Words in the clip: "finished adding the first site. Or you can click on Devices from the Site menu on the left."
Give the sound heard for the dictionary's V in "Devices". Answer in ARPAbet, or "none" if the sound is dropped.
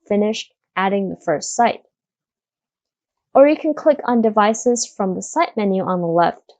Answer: V